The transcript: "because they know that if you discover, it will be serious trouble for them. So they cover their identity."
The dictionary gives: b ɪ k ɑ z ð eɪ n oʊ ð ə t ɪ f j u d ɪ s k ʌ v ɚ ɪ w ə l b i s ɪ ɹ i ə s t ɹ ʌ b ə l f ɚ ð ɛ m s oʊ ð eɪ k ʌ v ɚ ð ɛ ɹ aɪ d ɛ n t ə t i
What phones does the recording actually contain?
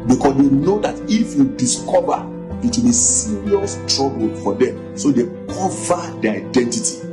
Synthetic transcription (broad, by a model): b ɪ k ɑ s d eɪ n oʊ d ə t ɪ f j u d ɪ s k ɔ v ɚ ɪ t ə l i s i ɹ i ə s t ɹ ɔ b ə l f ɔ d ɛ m s oʊ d eɪ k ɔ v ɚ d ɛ aɪ d ɛ n t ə t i